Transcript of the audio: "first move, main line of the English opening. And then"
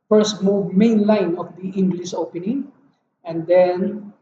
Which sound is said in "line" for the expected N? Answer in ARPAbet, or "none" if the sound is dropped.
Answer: N